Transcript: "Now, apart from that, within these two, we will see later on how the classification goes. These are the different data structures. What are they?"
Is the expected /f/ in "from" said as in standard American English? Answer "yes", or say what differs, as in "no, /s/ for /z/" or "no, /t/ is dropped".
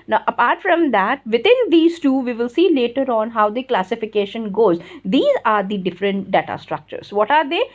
yes